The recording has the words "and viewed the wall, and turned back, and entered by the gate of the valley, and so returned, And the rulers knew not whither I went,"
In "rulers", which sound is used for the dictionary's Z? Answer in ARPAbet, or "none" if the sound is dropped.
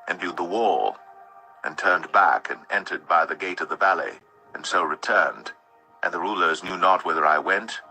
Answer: Z